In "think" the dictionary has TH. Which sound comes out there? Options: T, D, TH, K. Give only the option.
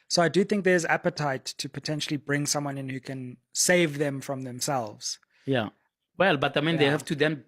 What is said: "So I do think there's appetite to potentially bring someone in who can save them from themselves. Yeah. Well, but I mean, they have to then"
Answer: TH